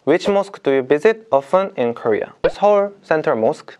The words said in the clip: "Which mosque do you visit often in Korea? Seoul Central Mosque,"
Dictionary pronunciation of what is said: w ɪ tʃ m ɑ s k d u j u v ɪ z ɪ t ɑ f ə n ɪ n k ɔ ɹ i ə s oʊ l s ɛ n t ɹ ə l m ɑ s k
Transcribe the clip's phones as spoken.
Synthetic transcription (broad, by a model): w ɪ tʃ m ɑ s k d u j u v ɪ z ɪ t ɑ f ə n ɪ n k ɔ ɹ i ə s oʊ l s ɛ n t ə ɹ m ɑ s k